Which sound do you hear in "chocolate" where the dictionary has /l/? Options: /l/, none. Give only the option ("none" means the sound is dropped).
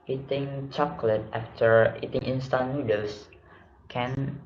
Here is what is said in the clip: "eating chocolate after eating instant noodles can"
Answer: /l/